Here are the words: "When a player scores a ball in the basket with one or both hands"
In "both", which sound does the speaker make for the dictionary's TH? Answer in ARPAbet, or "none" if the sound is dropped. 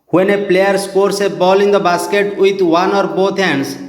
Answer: T